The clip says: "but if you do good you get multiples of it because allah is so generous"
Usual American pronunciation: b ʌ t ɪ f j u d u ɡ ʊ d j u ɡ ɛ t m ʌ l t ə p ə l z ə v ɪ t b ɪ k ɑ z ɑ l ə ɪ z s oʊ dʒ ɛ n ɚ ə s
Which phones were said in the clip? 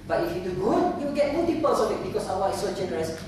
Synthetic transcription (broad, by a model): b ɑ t ɪ f j u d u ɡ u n j u ɡ ɛ t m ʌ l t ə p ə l s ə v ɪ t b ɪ k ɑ s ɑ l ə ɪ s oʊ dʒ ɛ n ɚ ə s